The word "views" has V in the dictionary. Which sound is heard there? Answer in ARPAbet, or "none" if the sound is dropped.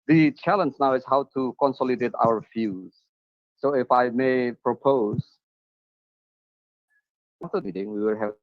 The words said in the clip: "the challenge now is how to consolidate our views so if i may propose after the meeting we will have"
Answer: F